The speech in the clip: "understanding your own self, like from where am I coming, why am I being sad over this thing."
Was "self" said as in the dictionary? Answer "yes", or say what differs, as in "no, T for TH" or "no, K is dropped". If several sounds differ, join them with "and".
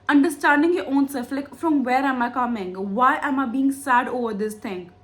no, L is dropped